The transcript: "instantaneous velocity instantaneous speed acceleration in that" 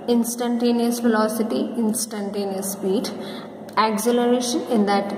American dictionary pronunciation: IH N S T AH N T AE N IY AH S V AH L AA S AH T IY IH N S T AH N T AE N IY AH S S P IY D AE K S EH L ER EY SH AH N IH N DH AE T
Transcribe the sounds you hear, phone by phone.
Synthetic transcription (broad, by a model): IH N S T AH N T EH N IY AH S F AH L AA S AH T IY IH N S T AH N T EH N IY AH S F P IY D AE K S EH L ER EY SH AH N IH N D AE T